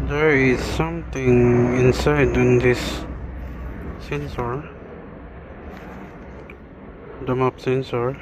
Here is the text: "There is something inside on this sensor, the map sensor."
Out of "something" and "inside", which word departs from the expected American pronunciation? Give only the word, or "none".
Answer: something